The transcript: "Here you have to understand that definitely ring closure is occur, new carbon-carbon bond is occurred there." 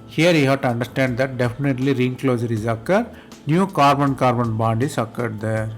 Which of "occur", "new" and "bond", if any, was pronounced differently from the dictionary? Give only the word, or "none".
none